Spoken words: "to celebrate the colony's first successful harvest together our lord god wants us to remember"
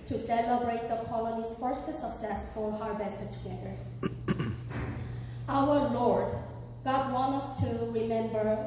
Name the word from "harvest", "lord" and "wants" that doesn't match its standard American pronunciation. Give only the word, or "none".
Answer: wants